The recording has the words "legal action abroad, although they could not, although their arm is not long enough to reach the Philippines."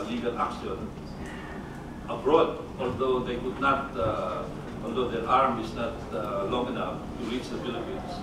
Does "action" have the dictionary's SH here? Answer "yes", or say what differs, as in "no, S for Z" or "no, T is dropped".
no, S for SH